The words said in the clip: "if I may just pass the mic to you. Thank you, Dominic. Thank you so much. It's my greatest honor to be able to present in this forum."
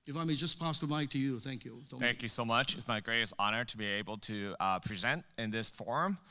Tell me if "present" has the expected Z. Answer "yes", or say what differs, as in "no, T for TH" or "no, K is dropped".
yes